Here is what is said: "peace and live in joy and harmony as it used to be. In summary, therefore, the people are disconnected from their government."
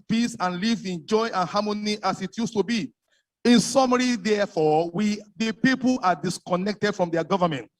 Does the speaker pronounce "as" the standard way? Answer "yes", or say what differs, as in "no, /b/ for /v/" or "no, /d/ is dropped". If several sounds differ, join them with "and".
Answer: no, /s/ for /z/